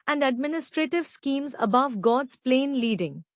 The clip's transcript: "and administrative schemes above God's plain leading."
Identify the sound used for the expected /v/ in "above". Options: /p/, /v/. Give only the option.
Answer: /v/